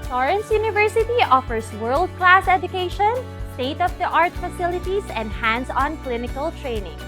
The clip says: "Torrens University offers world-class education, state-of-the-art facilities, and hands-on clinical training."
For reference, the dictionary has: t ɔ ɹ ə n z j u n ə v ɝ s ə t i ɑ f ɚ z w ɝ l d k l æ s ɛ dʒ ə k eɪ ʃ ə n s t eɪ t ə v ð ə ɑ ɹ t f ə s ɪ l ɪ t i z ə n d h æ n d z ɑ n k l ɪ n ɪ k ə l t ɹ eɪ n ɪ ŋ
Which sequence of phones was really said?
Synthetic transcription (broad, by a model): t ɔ ɹ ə n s j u n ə v ɝ s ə t i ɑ f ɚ s w ɝ l d k l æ s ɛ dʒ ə k eɪ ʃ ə n s t eɪ t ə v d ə ɑ ɹ t f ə s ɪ l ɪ t i s ə n d h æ n d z ɑ n k l ɪ n ɪ k ə l t ɹ eɪ n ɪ ŋ